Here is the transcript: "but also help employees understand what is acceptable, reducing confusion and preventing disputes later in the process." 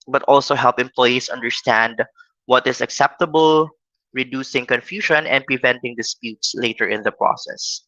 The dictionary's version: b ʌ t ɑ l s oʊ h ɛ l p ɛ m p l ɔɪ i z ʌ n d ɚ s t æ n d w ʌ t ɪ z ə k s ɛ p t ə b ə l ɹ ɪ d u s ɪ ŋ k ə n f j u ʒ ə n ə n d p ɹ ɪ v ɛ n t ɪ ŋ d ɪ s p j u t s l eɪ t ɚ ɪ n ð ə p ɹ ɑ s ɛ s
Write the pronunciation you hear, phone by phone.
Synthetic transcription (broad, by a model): b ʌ t ɑ l s oʊ h ɛ l p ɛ m p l ɔɪ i s ʌ n d ɚ s t æ n d w ʌ t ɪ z ə k s ɛ p t ə b ə l ɹ ɪ d u s ɪ ŋ k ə n f j u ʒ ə n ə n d p ɹ ɪ v ɛ n t ɪ ŋ d ɪ s p j u t s l eɪ t ɚ ɪ n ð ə p ɹ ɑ s ɛ s